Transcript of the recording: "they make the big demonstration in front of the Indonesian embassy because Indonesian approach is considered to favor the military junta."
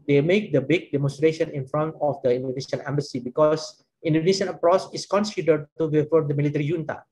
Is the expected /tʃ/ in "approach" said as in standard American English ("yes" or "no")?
no